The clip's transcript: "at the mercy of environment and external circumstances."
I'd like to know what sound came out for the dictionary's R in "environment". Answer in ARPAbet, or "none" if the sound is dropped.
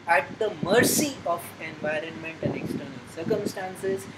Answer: R